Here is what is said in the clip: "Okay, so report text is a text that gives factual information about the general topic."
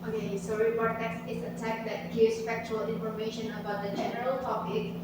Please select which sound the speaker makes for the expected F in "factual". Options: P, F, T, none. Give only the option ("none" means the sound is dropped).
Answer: F